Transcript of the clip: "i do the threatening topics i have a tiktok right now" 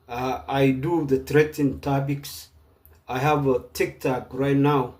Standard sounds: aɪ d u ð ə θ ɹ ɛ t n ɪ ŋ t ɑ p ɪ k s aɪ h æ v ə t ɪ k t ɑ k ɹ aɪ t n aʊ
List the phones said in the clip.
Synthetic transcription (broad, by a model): aɪ d u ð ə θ ɹ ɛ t ɪ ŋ t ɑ b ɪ k s aɪ h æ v ə t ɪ k t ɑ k ɹ aɪ t n aʊ